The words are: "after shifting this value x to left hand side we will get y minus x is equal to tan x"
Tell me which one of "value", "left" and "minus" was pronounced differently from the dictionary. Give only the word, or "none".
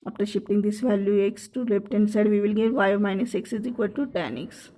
left